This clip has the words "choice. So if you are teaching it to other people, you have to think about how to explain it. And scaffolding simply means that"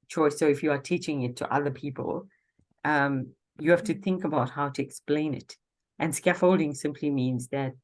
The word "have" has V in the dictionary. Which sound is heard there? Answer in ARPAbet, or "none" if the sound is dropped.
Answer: F